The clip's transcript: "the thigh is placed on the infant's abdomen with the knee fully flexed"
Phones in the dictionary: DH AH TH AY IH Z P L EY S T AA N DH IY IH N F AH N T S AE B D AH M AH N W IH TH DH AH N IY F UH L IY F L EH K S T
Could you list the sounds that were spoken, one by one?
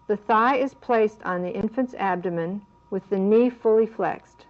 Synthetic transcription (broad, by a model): DH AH TH AY IH Z P L EY S T N DH IY IH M F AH N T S AE B D AH M AH N W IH DH AH N IY F UH L IY F L EH K S T